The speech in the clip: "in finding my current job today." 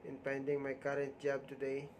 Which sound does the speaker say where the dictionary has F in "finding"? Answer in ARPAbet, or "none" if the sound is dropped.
P